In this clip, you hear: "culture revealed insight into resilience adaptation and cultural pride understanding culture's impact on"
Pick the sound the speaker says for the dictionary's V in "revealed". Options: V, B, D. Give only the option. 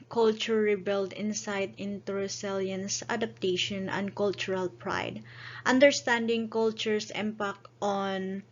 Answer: B